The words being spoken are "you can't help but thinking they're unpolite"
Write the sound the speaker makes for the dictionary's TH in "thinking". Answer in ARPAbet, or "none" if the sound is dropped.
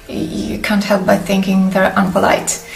TH